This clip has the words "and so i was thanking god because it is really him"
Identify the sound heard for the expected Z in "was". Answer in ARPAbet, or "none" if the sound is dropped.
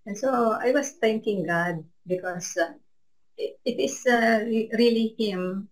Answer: S